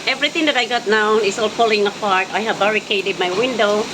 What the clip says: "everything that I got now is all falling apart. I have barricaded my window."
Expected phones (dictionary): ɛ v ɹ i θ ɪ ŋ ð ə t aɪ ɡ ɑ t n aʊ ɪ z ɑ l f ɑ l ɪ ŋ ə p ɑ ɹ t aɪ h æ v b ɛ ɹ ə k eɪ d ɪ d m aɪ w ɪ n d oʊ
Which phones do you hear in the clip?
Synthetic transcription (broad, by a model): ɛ v ɹ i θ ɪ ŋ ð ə t aɪ ɡ ɑ t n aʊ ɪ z ɑ l p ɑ l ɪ ŋ ə p ɑ ɹ t aɪ h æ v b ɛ ɹ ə k eɪ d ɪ d m aɪ w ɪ n d oʊ